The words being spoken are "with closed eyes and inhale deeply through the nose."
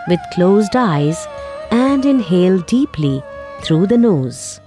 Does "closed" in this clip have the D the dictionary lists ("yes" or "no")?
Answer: yes